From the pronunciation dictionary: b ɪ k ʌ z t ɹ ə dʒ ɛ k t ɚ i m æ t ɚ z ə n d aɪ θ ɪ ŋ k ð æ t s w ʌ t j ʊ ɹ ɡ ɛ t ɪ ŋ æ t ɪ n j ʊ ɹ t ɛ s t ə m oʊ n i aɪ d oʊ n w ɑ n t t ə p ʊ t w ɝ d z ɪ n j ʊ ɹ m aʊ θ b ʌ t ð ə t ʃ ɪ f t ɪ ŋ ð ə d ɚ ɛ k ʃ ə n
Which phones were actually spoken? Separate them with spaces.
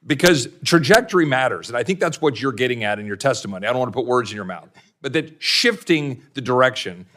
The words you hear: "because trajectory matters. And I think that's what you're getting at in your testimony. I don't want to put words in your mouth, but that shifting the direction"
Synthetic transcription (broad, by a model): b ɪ k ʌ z t ɹ ə dʒ ɛ k t ɚ i m æ t ɚ z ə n aɪ θ ɪ ŋ k ð æ t s w ʌ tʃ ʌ ɹ ɡ ɛ t ɪ ŋ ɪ t ɪ n j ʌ ɹ t ɛ s t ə m oʊ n i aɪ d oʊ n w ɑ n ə p ʊ t w ɝ d z ɪ n j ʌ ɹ m aʊ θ b ʌ t ð ə t ʃ ɪ f t ɪ ŋ ð ə d ɚ ɛ k ʃ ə n